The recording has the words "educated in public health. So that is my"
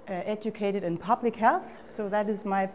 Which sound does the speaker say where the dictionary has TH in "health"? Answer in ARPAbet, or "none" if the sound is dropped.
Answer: TH